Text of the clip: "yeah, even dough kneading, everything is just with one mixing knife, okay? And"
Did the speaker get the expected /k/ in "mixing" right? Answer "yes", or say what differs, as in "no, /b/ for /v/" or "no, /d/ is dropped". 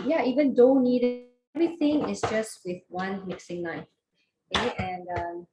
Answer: yes